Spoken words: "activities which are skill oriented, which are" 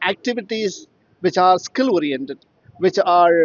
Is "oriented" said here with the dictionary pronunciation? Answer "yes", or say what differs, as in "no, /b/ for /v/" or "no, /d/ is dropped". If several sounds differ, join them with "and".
yes